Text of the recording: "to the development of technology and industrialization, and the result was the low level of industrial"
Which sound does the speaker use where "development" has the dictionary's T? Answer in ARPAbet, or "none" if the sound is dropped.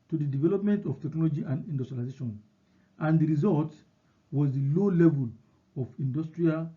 T